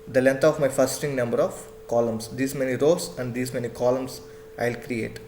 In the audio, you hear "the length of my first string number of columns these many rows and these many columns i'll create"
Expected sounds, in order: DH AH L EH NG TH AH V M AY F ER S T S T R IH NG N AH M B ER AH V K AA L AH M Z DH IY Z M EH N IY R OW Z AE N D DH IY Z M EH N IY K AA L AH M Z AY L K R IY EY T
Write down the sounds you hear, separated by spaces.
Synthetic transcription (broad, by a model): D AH L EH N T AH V M AY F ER T S T IH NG N AH M B ER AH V K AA L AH M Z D IY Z M EH N IY R OW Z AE N D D IY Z M EH N IY K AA L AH M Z AY L K R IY EY T